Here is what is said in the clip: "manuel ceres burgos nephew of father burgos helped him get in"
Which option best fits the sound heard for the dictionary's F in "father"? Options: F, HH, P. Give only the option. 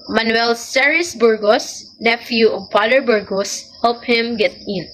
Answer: P